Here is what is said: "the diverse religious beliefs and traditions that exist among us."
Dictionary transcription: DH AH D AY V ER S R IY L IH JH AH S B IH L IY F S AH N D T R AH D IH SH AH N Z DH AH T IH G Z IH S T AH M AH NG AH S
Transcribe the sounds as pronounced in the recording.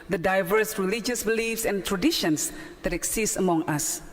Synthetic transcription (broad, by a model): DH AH D AY V ER S R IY L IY JH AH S B IH L IY F S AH N T R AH D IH SH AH N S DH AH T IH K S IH S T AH M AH NG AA S